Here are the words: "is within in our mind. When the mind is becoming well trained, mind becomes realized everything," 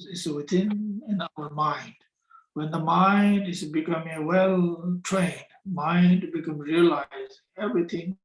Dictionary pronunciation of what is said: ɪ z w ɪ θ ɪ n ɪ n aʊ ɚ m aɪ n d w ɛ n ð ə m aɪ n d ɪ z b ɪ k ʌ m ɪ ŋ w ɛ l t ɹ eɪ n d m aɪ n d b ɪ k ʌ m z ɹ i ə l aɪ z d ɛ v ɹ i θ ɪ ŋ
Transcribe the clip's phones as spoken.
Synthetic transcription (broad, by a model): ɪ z w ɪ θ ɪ n ɪ n aʊ ɚ m aɪ n d w ɛ n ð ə m aɪ n d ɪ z b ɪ k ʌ m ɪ ŋ w ɛ l t ɹ eɪ n d m aɪ n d b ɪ k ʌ m ɹ i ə l aɪ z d ɛ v ɹ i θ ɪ ŋ